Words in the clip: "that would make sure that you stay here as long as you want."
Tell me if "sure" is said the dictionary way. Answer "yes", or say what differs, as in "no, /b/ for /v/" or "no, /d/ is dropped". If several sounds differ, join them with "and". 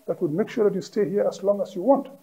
yes